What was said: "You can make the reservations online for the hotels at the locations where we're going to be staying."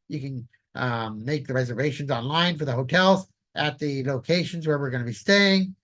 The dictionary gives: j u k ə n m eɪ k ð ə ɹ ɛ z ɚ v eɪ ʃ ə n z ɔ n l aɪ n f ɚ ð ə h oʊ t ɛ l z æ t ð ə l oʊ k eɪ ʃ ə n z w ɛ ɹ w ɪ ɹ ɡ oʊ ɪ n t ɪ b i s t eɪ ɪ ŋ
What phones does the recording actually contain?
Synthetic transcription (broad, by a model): j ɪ k ə n m eɪ k ð ə ɹ ɛ z ɚ v eɪ ʃ ə n z ɔ n l aɪ n f ɚ ð ə h oʊ t ɛ l z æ t ð ə l oʊ k eɪ ʃ ə n z w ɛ ɹ w ɪ ɹ ɡ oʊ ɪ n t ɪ b i s t eɪ ɪ ŋ